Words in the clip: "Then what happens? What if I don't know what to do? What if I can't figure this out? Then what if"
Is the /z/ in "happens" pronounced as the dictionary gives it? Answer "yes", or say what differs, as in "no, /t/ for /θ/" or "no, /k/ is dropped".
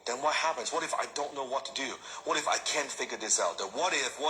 yes